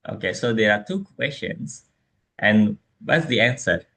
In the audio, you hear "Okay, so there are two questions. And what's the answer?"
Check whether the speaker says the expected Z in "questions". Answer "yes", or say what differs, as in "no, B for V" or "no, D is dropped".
no, S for Z